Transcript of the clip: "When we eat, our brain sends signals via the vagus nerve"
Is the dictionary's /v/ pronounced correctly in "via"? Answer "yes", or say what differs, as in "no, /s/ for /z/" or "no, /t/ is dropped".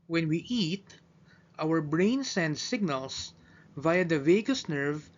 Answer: yes